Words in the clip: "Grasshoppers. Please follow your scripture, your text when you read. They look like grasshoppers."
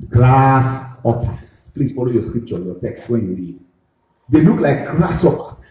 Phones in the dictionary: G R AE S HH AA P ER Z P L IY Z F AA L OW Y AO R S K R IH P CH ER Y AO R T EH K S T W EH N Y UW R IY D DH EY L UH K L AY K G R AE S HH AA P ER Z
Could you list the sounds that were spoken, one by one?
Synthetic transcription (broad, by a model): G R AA S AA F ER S P L IY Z F AA L OW Y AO S K R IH P CH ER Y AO T EH K S T W EH N Y UW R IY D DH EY L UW K L AY K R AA S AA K